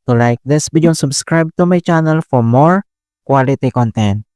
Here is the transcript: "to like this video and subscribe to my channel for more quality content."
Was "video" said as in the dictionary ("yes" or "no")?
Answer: no